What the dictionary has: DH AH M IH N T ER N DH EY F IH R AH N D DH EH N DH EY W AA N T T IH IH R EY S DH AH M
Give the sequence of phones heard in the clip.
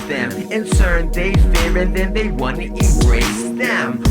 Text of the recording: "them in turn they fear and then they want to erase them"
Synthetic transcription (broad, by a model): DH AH M IH N S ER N DH EY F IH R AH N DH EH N DH EY W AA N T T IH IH R EY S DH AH M